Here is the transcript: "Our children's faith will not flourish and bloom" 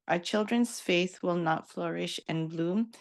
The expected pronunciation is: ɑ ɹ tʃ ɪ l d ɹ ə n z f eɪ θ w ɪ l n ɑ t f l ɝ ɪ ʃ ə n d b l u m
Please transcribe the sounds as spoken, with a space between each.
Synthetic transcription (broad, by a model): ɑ tʃ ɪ l d ɹ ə n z f eɪ θ w ɪ l n ɑ t f l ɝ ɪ ʃ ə n b l u m